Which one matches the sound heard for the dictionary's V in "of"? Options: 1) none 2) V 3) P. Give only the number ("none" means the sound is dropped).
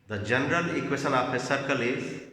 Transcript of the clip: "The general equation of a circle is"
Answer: 3